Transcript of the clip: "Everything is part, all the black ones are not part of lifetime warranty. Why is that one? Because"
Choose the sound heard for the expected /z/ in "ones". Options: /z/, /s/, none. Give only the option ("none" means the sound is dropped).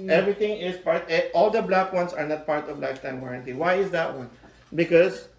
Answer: /s/